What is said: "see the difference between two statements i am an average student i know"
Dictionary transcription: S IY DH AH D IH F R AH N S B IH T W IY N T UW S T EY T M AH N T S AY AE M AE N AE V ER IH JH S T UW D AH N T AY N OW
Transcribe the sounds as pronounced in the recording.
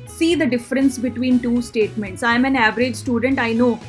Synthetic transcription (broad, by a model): S IY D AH D IH F R AH N S B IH T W IY N T UW S T EY T M AH N T S AY M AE N AE V ER IH JH S T UW D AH N T AY N OW